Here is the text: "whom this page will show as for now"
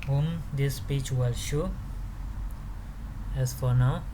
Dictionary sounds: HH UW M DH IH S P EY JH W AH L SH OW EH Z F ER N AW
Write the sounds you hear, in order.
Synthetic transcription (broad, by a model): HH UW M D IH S P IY CH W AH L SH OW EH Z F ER N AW